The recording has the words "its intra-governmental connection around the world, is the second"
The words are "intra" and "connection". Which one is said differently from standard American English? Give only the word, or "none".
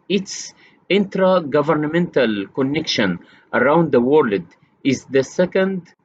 none